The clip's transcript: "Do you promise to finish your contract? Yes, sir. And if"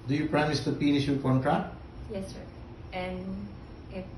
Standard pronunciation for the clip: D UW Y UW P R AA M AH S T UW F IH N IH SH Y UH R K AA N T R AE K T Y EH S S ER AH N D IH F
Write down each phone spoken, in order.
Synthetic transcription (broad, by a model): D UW Y UW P R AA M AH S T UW P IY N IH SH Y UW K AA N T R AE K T Y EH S S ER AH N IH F